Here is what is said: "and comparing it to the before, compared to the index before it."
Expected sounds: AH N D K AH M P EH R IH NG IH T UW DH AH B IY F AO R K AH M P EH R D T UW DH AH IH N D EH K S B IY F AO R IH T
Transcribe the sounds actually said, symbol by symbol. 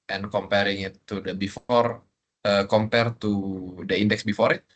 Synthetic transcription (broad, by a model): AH N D K AH M P EH R IH NG IH T UW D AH B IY F AO R K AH M P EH R T UW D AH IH N D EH K S B IY F AO R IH T